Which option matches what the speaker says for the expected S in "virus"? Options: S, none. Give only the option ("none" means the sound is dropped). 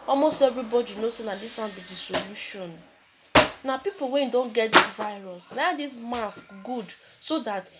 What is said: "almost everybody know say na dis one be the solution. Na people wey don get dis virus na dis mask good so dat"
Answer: S